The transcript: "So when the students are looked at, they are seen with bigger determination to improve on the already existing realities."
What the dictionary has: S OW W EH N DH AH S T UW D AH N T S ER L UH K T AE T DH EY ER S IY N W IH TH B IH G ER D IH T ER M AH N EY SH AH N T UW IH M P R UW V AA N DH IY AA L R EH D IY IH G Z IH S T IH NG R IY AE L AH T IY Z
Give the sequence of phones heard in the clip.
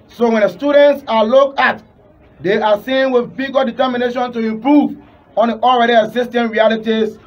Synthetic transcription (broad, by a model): S OW W EH N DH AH S T UW D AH N T S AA L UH K AA T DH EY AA S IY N W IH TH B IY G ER D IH T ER M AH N EY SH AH N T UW IH M P R UW V AA N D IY AA L R EH D IY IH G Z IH S T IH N R IY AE L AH T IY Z